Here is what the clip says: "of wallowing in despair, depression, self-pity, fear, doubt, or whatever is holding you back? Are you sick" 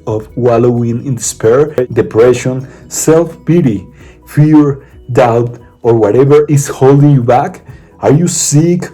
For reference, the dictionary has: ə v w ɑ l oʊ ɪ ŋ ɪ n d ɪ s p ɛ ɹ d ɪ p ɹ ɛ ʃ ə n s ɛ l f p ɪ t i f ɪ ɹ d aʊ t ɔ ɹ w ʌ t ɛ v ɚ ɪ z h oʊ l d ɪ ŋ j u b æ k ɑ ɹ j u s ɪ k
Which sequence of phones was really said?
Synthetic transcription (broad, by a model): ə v w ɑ l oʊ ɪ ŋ ɪ n d ɪ s p ɛ ɹ d ɪ p ɹ ɛ ʃ ə n s ɛ l f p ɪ t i f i ɹ d aʊ t ɔ ɹ w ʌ t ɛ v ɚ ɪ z h oʊ l d ɪ ŋ j u b æ k ɑ ɹ j u s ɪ k